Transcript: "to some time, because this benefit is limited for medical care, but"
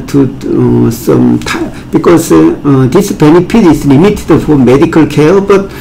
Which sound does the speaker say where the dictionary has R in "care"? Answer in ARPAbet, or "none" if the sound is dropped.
L